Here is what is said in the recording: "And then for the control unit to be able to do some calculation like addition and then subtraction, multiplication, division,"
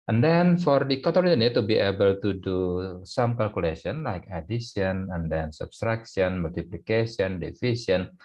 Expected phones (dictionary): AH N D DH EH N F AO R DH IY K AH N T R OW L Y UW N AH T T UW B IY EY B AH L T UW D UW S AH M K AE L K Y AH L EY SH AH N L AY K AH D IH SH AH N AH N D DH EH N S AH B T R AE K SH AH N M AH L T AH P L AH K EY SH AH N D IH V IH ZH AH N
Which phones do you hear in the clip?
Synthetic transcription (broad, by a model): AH N D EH N F AO R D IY K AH T OW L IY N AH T T UW B IY EY B AH L T UW D UW S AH M K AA L K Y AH L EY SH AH N L AY K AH D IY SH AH N AH N D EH N S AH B T R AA K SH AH N M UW L T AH P L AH K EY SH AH N D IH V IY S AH N